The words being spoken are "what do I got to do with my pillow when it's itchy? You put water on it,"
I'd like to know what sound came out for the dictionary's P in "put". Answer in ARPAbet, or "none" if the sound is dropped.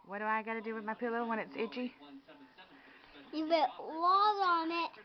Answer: B